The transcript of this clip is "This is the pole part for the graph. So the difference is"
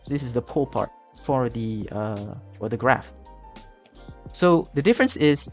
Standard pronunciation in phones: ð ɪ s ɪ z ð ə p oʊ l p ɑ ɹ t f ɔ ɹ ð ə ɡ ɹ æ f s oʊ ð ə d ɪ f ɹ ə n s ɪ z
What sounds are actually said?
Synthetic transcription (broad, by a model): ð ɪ s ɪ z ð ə p oʊ l p ɑ ɹ t f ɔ ɹ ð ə ɡ ɹ æ f s oʊ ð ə d ɪ f ɹ ə n s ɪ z